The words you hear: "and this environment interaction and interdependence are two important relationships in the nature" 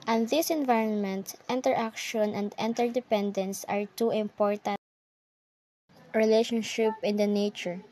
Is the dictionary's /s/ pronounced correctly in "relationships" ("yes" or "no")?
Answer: no